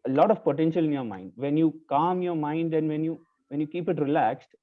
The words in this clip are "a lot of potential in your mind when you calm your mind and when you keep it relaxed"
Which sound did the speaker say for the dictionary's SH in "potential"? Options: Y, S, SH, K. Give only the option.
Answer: SH